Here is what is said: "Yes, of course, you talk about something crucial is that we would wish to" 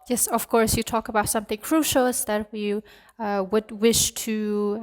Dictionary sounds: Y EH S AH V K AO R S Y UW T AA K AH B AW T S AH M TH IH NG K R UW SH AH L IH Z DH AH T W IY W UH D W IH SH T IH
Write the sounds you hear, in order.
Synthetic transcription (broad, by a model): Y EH S AH V K AO R S Y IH T AA K AH B AW T S AH M TH IH NG K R UW SH L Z DH AH T W IY W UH D W IH SH T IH